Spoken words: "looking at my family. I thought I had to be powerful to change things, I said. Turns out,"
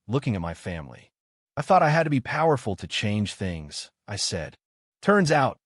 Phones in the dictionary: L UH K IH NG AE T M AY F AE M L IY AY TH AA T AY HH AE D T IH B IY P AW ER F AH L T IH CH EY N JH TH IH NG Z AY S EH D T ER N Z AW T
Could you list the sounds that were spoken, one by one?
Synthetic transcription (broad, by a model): L UH K IH NG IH T M AY F AE M L IY AY TH AA T AY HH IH D T IH B IY P AW ER F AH L T IH CH EY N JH TH IH NG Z AY S EH D T ER N Z AW T